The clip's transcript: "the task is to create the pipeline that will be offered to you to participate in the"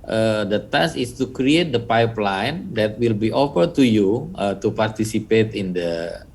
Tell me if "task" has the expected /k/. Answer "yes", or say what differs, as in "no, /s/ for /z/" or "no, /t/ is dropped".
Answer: no, /k/ is dropped